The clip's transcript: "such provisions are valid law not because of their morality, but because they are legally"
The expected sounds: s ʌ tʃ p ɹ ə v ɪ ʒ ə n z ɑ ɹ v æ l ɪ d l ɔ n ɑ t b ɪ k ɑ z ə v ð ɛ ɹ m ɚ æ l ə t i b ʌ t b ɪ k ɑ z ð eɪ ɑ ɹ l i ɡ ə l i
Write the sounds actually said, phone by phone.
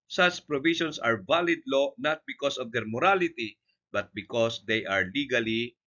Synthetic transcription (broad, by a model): s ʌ tʃ p ɹ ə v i ʃ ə n s ɑ ɹ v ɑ l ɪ d l ɔ n ɑ t b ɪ k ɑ s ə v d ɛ ɹ m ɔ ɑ l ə t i b ʌ t b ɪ k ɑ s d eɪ ɑ ɹ l i ɡ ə l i